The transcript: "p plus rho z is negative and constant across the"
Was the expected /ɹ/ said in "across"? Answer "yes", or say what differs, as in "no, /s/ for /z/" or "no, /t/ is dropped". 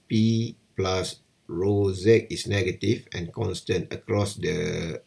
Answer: yes